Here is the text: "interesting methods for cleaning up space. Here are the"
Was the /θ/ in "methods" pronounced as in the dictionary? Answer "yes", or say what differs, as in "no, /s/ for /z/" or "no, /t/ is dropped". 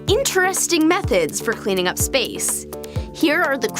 yes